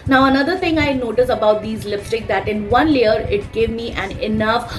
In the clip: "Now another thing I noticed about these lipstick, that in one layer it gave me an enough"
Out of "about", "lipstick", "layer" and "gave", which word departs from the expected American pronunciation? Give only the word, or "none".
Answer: lipstick